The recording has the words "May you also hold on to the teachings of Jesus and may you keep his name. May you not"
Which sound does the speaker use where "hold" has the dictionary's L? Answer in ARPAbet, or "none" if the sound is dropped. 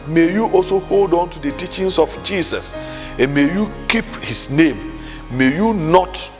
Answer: L